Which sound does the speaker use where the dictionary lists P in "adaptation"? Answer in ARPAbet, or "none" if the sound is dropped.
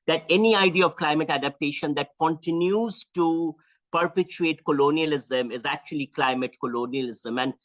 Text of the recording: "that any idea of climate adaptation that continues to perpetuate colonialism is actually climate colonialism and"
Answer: P